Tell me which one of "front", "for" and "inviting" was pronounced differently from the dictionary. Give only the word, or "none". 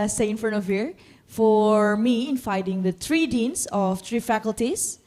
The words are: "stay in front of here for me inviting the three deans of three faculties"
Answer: inviting